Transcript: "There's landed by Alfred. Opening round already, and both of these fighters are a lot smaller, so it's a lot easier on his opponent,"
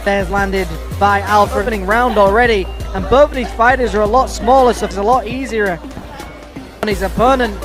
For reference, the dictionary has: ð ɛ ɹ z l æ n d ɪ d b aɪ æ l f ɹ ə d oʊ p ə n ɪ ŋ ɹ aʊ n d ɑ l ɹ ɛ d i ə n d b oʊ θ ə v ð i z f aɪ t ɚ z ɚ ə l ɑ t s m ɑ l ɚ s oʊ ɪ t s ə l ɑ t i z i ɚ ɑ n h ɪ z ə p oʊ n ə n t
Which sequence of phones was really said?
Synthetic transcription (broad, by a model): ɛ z l æ n d ɪ d b aɪ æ l f ɹ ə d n ɪ ŋ ɹ aʊ n d ɑ l ɹ ɛ d i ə n b oʊ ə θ ð i z f aɪ t ɚ z ɚ ə l ɑ t s m ɑ l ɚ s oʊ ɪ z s ə l ɑ t i z i ɚ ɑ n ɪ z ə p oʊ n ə n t